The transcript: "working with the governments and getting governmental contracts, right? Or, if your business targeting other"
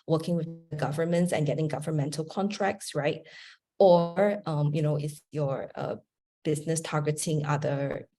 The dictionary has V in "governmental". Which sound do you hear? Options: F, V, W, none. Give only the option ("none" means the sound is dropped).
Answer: V